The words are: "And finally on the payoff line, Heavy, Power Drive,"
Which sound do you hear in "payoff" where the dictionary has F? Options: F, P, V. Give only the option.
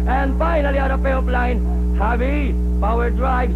P